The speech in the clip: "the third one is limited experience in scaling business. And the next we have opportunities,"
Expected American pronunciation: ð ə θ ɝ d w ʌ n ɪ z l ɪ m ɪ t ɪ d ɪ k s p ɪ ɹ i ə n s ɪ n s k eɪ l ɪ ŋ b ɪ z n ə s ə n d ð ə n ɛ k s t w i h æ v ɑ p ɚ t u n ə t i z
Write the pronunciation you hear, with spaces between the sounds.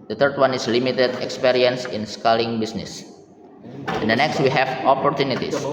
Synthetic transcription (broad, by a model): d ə t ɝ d w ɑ n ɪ s l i m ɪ t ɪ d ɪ k s p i ɹ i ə n s ɪ n s k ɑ l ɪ ŋ b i s n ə s ə n d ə n ɛ k s t w i h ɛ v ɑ p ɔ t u n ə t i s